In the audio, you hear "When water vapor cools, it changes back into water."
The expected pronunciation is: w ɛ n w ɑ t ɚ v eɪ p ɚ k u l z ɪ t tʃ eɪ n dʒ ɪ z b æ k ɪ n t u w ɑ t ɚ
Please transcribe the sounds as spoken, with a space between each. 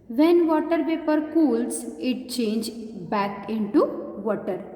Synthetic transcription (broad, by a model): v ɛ n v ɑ t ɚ p eɪ p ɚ k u l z ɪ t tʃ eɪ n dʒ b æ k ɪ n t u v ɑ t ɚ